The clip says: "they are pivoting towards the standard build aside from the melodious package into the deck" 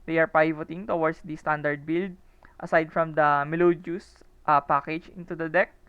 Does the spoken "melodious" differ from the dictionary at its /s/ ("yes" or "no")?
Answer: yes